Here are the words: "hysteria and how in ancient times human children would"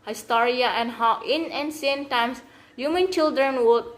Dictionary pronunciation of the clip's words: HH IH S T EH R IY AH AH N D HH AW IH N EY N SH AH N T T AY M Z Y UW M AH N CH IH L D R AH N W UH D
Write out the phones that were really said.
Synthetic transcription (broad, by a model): HH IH S T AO R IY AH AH N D HH AW IH N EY N S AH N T T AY M S Y UW M AH N CH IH L D R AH N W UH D